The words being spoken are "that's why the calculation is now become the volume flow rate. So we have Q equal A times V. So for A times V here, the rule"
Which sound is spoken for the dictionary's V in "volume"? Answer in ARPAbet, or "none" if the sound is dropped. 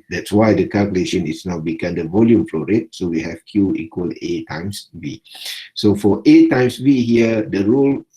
V